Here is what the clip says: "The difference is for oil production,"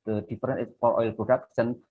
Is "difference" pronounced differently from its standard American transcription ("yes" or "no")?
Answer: yes